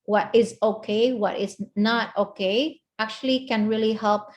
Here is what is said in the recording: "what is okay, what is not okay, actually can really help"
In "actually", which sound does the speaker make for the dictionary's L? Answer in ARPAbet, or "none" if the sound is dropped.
L